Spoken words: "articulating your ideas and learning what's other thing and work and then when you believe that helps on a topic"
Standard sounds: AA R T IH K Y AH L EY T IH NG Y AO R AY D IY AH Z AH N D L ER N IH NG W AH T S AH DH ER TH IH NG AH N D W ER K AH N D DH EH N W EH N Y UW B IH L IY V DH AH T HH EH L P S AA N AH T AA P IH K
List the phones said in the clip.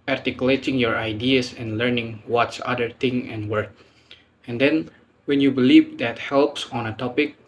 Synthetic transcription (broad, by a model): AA R T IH K Y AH L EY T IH NG Y AO R AY D IY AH S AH N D L ER N IH NG W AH T S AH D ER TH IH NG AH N W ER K AH N D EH N W EH N Y UW B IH L IY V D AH T HH EH L P S AA N AH T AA P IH K